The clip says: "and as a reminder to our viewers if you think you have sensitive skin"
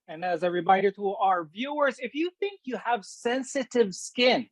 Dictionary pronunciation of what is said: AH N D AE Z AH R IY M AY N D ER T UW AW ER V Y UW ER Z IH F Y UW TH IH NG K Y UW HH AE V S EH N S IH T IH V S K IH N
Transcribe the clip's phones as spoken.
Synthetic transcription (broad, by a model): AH N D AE Z AH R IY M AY D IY T UW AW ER V Y UW ER Z IH F Y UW TH IH NG K Y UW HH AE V S EH N S IH T IH V S K IH N